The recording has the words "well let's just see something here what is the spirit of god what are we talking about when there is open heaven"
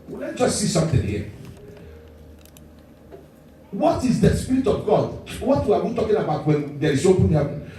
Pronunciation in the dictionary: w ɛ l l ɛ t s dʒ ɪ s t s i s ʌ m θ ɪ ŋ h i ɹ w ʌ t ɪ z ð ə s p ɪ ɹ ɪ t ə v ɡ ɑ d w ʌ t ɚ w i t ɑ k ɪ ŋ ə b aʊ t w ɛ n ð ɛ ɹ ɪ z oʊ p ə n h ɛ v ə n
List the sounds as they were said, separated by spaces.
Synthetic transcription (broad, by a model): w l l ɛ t dʒ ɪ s s i s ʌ m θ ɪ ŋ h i w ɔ t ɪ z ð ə s p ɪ ɹ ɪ t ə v ɡ ɑ d w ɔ t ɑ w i t ɑ k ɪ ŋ ə b aʊ t w ɛ n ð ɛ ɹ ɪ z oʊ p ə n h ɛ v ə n